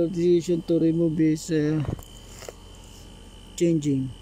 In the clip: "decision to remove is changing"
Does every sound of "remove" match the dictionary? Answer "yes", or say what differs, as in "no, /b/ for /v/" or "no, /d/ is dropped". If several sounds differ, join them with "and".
no, /b/ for /v/